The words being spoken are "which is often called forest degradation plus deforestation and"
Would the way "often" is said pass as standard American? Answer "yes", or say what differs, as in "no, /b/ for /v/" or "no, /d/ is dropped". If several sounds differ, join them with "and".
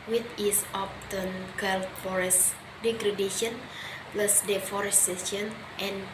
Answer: no, /p/ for /f/